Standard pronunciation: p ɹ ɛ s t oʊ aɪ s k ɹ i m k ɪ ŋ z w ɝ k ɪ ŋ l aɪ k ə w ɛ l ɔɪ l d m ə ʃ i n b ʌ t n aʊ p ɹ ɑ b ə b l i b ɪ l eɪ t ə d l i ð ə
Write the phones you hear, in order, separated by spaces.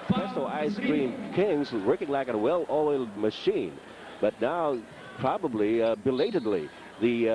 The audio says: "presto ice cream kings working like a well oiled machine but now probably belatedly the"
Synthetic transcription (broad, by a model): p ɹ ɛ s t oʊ aɪ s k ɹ i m k ɪ ŋ z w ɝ k ɪ ŋ l aɪ k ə w ɛ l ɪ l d m ə ʃ i n b ʌ t n aʊ p ɹ ɑ b ə b l i b ɪ l eɪ t ə d l i ð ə